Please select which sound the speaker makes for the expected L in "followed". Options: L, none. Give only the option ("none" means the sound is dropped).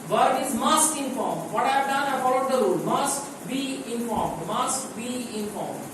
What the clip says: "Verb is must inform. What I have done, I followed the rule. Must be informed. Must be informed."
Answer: none